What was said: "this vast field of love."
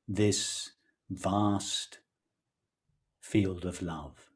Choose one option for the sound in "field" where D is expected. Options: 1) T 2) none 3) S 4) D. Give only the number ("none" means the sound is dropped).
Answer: 4